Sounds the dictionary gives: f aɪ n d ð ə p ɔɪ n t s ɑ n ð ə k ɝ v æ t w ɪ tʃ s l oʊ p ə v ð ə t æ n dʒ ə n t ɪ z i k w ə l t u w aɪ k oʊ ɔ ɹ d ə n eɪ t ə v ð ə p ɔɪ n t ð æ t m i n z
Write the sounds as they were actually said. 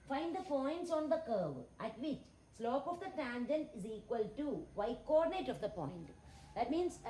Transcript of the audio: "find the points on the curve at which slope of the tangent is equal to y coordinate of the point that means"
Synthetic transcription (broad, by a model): f aɪ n d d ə f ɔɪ n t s ɑ n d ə k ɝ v æ t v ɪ tʃ s l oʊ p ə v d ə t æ n dʒ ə n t ɪ z i k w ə l t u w aɪ k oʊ ɔ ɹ d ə n eɪ t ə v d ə p ɔɪ n t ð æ t m i n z